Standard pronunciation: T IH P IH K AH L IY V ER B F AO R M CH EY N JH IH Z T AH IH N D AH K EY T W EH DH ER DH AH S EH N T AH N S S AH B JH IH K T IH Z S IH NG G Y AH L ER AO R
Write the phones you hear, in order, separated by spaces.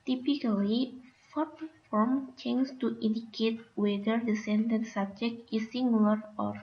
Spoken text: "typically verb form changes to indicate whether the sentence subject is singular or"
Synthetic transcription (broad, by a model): T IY P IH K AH L IY F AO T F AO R M CH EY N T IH T AH N D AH K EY T W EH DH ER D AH S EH N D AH N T S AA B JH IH K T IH S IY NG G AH L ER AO R